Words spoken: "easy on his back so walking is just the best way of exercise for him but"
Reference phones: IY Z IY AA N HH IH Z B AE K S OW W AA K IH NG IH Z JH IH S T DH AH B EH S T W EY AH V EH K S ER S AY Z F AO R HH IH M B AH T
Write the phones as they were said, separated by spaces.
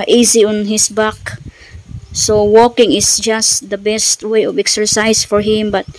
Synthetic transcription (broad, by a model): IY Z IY AA N HH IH S B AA K S OW W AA K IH NG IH S JH IH S T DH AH B EH S T W EY AH V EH K S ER S AY S F AO R HH IH M B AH T